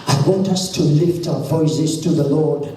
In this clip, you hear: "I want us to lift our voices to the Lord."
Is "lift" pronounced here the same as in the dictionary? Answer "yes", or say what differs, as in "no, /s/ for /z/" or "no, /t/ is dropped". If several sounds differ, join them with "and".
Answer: yes